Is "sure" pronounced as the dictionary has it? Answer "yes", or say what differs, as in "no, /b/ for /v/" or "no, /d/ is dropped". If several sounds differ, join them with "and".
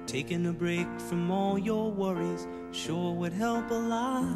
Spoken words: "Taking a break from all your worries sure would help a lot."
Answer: yes